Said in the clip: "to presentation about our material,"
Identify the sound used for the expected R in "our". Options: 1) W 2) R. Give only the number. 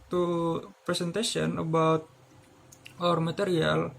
2